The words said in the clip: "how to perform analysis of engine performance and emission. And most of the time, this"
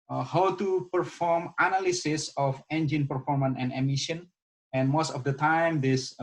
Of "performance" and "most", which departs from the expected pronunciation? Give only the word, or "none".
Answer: performance